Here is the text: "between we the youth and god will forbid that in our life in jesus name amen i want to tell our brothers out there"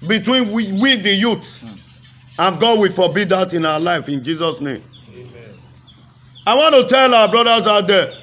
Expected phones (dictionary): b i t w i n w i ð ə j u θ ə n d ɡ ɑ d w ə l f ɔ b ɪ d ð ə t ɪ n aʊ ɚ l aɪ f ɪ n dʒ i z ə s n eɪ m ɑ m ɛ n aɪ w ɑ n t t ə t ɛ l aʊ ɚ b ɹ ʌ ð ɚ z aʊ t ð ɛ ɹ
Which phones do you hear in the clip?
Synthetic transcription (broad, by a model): b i t w i n w i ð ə j u t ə n ɡ ɑ d w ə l f ɔ b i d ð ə t ɪ n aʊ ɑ l aɪ f ɪ n dʒ i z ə s n eɪ m ɑ ɪ w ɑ n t t ə t ɛ l aʊ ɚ b ɹ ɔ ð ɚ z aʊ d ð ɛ